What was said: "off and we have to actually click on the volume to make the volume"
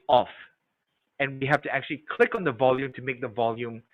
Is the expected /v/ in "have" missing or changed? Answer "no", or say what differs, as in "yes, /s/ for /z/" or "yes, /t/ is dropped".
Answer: yes, /f/ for /v/